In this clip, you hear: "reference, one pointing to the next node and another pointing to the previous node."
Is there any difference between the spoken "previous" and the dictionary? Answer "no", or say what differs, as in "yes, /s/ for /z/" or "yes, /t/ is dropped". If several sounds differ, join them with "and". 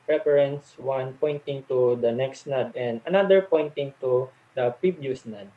yes, /ɹ/ is dropped